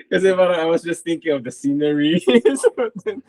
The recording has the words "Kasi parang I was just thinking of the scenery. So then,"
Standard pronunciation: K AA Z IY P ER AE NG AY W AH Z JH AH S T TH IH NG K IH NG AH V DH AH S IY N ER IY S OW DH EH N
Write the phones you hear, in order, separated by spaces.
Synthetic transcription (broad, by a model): K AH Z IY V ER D AY W AH Z JH AH S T TH IH NG K IH NG AH V DH AH S IY N ER IY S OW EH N